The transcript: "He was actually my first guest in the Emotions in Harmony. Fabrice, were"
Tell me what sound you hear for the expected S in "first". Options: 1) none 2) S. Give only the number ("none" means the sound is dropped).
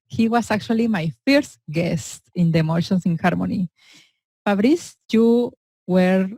2